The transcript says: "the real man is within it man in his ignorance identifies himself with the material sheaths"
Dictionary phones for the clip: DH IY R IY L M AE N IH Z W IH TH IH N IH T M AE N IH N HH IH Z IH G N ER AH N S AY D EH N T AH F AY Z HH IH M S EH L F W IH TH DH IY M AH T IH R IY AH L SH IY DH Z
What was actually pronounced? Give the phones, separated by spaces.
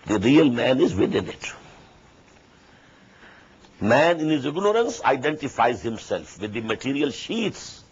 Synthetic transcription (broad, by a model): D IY R IY L M AE N IH Z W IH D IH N IH T M AE N IH N HH IH Z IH G N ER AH N S AY D EH N T AH F AY Z HH IH M S EH L F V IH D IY M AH T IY R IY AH L SH IY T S